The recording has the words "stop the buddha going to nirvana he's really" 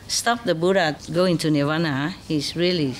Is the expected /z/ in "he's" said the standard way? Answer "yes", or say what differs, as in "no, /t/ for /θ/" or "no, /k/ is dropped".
no, /s/ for /z/